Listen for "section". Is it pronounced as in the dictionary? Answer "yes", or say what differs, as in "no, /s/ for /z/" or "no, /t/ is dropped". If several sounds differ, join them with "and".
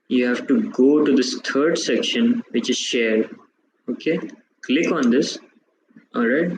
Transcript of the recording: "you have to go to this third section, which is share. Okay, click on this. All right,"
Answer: yes